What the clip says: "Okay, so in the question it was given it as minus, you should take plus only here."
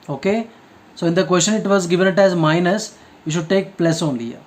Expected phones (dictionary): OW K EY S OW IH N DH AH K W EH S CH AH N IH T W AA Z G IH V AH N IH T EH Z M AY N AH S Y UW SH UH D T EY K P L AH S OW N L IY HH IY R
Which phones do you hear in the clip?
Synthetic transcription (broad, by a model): OW K EY S OW IH N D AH K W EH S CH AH N IH T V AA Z G IH V AH N IH T EH Z M AY N AH S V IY SH UH D T EY K P L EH S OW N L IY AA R